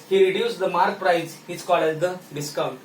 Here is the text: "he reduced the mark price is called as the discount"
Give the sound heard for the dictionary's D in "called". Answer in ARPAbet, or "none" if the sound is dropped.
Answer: none